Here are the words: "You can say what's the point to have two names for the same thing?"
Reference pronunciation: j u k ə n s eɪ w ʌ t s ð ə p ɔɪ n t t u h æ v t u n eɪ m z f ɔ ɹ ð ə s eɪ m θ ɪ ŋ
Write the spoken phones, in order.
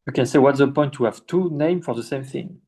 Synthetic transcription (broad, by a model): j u k ə n s eɪ w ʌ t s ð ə p ɔɪ n t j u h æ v t u n eɪ m f ɔ ɹ ð ə s eɪ m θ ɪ ŋ